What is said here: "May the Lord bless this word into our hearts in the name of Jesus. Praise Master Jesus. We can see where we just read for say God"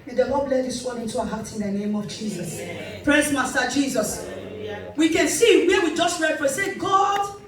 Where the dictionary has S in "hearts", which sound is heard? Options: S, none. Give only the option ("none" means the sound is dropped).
none